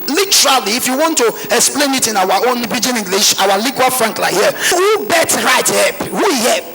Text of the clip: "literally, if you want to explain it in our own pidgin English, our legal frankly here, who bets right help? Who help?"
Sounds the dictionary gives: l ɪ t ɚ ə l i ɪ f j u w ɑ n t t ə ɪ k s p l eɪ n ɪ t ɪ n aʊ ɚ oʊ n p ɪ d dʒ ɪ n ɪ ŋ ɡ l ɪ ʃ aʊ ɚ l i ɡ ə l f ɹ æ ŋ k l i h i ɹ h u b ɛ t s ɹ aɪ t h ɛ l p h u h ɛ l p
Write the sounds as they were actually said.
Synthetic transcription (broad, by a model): l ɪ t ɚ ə l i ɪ f j u w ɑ n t t ə ɪ k s p l eɪ n ɪ t ɪ n aʊ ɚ oʊ n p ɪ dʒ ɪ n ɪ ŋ ɡ l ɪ ʃ aʊ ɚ l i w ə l f ɹ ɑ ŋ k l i h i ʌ h u b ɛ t ɹ aɪ t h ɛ p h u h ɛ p